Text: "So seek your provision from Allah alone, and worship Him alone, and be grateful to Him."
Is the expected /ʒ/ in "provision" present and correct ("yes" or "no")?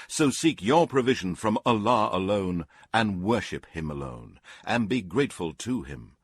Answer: yes